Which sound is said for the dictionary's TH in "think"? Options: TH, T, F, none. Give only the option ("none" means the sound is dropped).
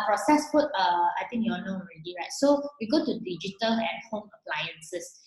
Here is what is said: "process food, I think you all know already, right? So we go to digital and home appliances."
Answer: T